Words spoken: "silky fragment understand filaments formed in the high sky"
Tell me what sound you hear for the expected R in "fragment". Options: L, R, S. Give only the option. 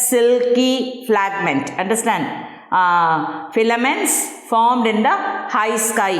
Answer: L